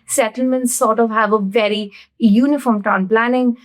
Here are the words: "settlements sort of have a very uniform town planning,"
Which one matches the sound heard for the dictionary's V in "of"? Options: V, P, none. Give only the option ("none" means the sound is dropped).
V